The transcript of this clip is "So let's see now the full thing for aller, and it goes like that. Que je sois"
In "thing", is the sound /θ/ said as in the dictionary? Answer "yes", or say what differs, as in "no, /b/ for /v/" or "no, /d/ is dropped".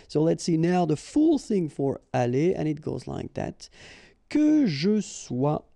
yes